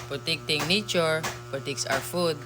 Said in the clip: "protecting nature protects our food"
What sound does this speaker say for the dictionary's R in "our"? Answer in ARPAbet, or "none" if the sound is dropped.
W